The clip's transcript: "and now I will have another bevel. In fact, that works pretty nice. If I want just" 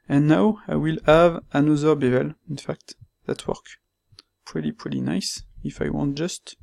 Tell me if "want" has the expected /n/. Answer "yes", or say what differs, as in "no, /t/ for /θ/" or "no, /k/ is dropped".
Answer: yes